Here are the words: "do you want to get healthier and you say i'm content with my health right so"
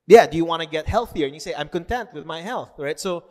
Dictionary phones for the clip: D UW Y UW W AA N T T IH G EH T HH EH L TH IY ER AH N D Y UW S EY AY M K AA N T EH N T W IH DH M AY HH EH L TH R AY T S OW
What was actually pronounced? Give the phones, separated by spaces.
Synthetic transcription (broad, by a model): D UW Y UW W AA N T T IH G EH T HH EH L TH IY ER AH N Y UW S EY AY M K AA N T EH N T W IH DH M AY HH EH L TH R AY T S OW